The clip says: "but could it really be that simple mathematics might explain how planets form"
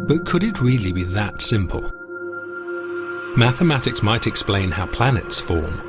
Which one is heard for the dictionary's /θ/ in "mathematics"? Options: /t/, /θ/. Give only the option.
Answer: /θ/